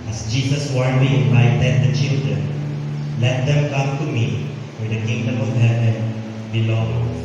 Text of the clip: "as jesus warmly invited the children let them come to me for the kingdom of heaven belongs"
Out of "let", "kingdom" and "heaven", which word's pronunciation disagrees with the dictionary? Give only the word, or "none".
heaven